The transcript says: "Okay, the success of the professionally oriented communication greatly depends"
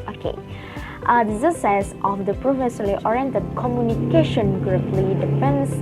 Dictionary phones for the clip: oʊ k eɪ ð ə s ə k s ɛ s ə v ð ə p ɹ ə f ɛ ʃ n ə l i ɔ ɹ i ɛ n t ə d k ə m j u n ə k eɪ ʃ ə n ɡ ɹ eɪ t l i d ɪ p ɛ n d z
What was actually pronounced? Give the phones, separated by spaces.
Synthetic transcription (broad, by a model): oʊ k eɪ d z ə s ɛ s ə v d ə p ɹ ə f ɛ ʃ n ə l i ɔ ɹ i ɛ n t ə d k ə m j u n ə k eɪ ʃ ə n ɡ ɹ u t l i d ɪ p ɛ n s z